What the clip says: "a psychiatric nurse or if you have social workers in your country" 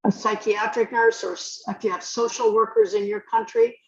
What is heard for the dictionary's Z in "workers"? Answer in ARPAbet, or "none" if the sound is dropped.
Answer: Z